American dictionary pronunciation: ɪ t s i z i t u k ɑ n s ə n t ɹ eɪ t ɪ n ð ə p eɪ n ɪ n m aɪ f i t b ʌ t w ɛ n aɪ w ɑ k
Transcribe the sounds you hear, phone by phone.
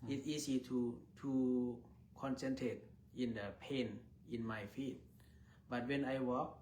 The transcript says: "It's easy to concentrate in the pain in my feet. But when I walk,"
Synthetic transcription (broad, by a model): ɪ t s i s i t u k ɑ n s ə n t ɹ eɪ t ɪ n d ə p eɪ n ɪ n m aɪ f i t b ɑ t w ɛ n aɪ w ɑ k